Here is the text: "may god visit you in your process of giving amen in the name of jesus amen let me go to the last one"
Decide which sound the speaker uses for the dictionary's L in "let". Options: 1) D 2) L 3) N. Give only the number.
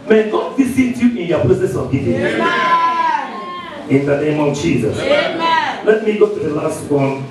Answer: 2